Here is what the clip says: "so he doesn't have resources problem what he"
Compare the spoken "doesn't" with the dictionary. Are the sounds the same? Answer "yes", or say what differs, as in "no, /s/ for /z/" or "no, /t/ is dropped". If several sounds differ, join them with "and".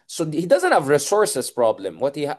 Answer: yes